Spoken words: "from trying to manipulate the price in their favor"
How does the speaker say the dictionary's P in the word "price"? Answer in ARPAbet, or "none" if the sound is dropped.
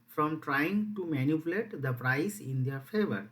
P